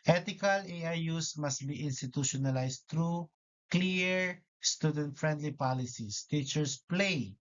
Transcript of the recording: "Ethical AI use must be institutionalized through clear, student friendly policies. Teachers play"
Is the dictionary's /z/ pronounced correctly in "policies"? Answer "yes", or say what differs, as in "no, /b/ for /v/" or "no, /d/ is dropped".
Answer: no, /s/ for /z/